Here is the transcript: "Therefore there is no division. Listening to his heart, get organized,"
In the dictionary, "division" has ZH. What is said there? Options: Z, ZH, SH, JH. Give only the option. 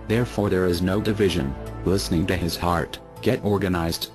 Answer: ZH